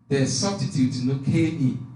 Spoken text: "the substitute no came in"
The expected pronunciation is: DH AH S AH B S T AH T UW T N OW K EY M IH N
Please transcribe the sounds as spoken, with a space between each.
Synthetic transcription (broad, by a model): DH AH S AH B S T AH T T L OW K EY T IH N